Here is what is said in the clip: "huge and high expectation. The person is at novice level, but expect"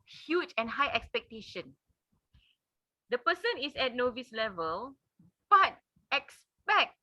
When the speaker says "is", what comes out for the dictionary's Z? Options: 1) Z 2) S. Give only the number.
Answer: 2